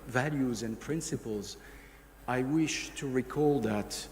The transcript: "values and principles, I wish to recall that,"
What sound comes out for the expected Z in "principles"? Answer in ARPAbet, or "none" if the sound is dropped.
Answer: Z